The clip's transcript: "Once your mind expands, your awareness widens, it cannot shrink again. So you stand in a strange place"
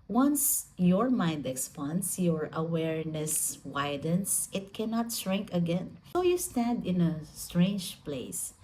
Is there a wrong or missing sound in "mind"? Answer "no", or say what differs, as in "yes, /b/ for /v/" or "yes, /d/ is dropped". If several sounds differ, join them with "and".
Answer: no